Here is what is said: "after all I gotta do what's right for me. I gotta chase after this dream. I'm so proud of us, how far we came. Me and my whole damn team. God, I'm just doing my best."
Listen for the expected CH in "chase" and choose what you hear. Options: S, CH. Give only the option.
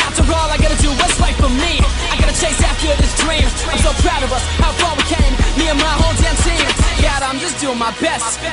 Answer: CH